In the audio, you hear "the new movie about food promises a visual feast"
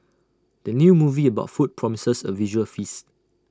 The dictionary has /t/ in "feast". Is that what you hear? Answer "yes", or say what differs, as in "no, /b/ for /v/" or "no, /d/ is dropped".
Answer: yes